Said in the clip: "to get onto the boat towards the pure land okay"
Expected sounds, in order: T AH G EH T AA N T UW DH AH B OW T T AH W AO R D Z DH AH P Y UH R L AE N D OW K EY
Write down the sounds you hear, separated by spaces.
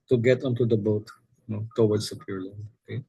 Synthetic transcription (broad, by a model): T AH G EH T AA N T UW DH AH B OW T T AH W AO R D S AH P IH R L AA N OW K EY